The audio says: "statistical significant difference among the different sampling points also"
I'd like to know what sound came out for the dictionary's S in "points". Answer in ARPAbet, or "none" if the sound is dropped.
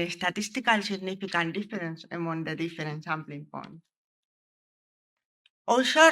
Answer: none